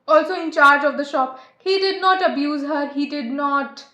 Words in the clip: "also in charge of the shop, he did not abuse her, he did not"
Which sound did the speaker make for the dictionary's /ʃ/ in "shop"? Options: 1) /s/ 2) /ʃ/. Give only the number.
2